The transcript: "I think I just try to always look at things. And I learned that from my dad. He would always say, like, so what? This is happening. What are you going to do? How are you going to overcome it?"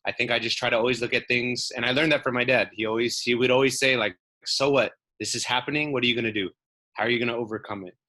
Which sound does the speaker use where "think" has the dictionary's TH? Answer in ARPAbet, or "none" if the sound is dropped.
TH